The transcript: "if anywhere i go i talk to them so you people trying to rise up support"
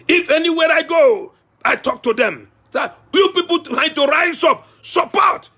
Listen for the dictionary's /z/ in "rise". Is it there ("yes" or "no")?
no